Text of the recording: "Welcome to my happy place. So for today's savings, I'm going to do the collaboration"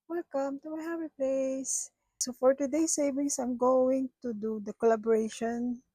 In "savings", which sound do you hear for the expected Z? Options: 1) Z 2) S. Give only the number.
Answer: 2